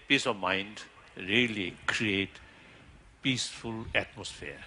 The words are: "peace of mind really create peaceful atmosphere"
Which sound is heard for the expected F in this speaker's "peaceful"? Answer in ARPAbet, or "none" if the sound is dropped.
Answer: F